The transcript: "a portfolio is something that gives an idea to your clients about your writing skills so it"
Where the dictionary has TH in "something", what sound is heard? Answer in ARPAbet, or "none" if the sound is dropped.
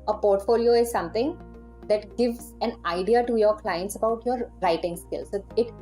T